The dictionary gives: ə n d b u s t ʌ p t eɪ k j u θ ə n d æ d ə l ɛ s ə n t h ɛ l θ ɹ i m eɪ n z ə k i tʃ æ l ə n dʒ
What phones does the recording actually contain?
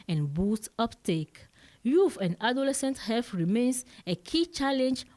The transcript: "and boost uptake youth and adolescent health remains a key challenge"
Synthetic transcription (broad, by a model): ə n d b u s t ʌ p t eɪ k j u f ə n d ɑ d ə l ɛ s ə n t h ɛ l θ ɹ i m eɪ n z ə k i tʃ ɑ l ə n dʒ